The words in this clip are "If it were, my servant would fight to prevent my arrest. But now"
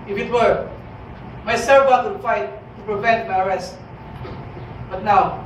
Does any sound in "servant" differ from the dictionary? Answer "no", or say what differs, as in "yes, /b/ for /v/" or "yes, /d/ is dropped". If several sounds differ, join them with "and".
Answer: yes, /n/ is dropped